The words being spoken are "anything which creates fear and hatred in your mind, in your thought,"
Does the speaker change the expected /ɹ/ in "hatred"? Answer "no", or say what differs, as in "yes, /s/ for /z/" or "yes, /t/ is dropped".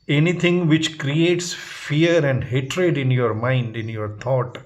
no